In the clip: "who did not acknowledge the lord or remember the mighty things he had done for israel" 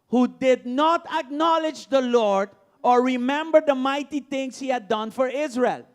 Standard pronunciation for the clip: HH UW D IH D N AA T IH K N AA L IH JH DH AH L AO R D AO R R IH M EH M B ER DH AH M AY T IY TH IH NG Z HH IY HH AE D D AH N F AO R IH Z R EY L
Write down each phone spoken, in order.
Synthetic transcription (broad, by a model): HH UW D IH D N AA T IH K N AA L IH JH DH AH L AO R D AO R R IH M EH M B ER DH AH M AY T IY T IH NG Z HH IY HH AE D D AH N F AO R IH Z R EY L